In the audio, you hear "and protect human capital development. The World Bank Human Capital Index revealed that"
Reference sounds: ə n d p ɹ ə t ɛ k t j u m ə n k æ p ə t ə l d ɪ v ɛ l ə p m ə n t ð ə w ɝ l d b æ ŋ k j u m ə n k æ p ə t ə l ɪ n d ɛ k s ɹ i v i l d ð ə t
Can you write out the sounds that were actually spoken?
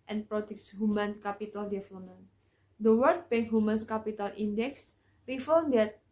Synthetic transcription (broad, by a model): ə n p ɹ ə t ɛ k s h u m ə n k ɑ p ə t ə l d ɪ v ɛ l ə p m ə n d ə w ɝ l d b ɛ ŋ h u m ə n k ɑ p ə t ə l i n d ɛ k s ɹ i f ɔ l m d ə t